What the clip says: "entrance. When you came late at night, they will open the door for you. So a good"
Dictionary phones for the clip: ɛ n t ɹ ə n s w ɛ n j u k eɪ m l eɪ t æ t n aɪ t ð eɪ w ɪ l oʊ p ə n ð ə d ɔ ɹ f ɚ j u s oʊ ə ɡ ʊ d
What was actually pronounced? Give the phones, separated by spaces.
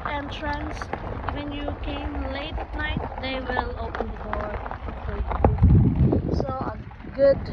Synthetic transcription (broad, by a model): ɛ n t ɹ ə n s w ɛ n j u k eɪ m l eɪ ɪ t n aɪ t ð eɪ w ɪ l oʊ p ə n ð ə d ɔ ɹ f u s oʊ ə ɡ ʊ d